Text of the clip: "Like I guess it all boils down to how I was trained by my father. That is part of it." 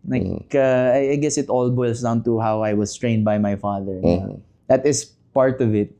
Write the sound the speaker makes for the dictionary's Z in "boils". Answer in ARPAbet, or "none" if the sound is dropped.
S